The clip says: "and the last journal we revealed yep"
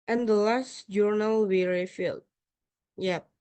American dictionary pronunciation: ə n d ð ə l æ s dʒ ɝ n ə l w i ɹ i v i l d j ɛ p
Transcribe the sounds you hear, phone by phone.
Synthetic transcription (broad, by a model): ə n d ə l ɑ s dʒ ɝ n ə l w i ɹ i f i l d j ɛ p